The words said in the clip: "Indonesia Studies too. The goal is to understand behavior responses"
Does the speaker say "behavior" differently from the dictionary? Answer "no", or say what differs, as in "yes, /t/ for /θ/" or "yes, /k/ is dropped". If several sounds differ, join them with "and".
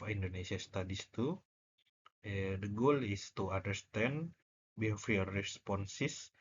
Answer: yes, /f/ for /v/